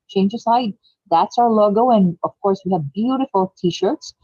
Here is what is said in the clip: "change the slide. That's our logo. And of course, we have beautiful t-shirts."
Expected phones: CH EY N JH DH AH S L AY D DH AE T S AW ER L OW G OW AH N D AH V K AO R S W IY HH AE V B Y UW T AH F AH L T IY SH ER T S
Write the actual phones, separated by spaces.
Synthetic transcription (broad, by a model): CH EY N JH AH S AY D DH AE T S AW ER L OW G OW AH N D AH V K AO R S W IY HH AE V B Y UW T AH F AH L T IY SH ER T S